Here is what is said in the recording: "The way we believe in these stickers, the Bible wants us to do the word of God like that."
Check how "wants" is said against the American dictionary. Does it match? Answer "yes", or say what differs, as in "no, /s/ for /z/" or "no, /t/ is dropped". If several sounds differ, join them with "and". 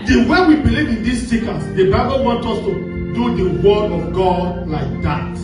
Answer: no, /s/ is dropped